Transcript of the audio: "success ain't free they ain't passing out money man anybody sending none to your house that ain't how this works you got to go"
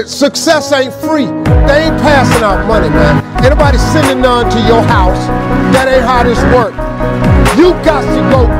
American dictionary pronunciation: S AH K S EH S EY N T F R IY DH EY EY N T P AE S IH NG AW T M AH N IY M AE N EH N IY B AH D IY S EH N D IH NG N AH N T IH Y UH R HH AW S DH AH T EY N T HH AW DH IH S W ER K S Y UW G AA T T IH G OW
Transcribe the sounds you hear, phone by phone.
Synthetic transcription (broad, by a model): S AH K S EH S EY N T F R IY DH EY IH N P AE S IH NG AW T M AH N IY M AE N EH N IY B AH D IY S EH N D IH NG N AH N T IH Y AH R HH AW S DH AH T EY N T HH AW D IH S W ER K Y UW G AA T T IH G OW